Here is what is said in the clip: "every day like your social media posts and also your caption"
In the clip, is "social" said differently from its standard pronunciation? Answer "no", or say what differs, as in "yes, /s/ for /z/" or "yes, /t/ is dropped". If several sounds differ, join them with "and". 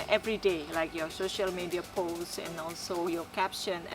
no